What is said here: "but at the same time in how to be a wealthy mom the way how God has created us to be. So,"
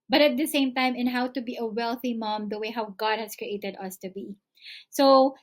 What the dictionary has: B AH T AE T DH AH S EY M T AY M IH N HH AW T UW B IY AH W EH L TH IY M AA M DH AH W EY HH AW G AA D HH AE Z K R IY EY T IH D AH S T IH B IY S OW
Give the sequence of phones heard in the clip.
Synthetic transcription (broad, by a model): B AH T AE T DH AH S EY M T AY M IH N HH AW T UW B IY AH W EH L TH IY M AA M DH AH W EY HH AW G AA D HH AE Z K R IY EY T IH D AH S T IH B IY S OW